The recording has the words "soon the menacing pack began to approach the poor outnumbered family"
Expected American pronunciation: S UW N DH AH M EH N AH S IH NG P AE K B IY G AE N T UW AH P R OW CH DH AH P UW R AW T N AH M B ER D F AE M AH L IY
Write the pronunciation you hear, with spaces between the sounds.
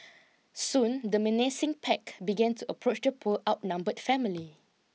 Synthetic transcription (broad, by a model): S UW N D AH M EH N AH S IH NG P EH K B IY G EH N T UW AH P R OW CH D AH P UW L AW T N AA M B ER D F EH M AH L IY